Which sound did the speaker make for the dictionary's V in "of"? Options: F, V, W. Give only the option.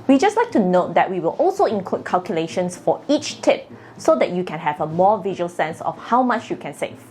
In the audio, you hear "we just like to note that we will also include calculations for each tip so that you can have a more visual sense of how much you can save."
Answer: F